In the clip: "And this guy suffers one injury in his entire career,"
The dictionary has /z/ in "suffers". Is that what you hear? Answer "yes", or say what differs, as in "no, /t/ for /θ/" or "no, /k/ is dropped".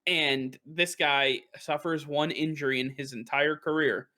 yes